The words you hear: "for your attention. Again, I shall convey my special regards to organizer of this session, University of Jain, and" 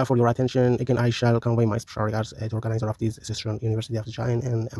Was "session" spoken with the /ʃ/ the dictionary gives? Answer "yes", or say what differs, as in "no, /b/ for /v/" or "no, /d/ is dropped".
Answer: no, /s/ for /ʃ/